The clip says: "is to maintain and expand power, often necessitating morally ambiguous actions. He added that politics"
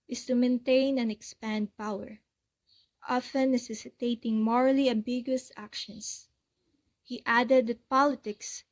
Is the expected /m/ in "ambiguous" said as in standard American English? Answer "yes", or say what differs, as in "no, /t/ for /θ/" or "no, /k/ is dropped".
yes